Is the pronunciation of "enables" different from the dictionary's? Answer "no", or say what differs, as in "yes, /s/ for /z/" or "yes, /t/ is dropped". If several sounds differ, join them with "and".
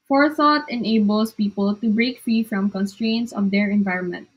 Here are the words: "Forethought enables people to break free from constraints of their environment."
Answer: yes, /s/ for /z/